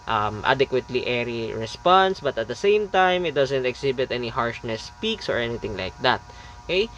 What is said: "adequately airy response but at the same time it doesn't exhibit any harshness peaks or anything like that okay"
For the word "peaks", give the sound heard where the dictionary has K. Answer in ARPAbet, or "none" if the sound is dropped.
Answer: K